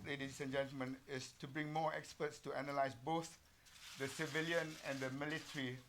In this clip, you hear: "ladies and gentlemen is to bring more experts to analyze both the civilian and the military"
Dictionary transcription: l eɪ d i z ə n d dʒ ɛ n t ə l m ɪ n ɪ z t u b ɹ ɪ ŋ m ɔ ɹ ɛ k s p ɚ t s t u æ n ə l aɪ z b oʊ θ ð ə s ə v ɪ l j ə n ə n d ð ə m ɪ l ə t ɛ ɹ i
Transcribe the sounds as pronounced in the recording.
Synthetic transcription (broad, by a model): l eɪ d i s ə n dʒ ɛ n t ə l m ɪ n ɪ s t u b ɹ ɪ ŋ m ɔ ɛ k s p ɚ t s t u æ n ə l aɪ s b oʊ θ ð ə s ə v ɪ l j ə n ə n d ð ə m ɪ l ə t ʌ ɹ i